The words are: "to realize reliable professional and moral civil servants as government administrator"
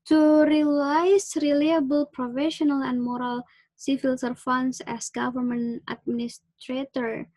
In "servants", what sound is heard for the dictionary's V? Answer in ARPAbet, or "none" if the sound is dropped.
F